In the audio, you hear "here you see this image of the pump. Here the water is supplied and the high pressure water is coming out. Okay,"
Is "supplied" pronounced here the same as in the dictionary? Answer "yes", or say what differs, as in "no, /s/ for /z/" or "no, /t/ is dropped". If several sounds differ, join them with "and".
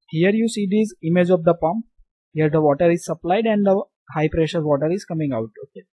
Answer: yes